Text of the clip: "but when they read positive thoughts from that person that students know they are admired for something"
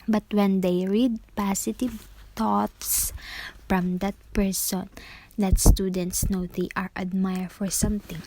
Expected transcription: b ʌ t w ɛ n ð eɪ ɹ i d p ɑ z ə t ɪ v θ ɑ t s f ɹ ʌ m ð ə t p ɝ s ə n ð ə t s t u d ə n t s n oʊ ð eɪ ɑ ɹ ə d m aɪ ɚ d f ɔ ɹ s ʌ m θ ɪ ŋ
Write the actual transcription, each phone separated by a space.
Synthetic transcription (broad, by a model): b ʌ t w ɛ n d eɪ ɹ i d p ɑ s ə t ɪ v t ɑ t s f ɹ ʌ m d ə t p ɝ s ə n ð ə t s t u d ə n t s n oʊ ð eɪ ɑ ɹ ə d m aɪ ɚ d f ɔ ɹ s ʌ m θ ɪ ŋ